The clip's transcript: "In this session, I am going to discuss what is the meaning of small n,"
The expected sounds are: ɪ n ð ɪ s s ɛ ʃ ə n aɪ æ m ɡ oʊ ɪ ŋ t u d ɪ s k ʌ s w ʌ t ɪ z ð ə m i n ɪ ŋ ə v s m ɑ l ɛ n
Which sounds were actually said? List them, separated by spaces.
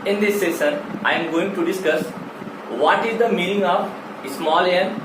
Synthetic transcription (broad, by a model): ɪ n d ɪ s s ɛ s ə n aɪ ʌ m ɡ oʊ ɪ ŋ t u d ɪ s k ʌ s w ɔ t ɪ z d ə m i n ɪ ŋ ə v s m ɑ l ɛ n